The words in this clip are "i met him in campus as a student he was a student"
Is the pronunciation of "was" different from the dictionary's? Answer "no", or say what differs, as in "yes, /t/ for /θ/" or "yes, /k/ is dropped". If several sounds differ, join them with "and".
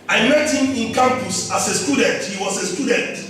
yes, /s/ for /z/